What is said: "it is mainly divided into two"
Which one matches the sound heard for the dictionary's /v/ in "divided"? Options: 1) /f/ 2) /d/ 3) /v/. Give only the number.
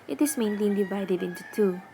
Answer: 3